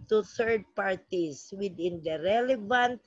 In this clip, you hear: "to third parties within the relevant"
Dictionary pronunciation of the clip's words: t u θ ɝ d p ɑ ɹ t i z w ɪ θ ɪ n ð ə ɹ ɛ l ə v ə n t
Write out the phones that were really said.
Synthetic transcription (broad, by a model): t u θ ɝ d p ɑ ɹ t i s w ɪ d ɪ n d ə ɹ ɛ l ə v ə n t